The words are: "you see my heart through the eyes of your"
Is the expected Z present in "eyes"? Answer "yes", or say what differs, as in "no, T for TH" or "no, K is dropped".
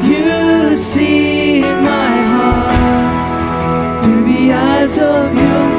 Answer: yes